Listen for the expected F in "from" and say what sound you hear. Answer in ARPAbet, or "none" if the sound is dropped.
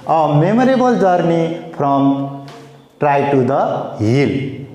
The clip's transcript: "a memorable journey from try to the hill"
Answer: P